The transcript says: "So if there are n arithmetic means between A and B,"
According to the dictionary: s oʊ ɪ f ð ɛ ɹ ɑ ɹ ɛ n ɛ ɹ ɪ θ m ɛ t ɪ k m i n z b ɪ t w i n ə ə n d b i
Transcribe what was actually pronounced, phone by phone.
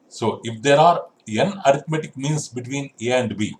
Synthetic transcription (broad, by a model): s oʊ ɪ f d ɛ ɹ ɑ ɹ ɛ n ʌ ɹ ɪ t m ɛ t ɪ k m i n s b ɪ t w i n ə ə n d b i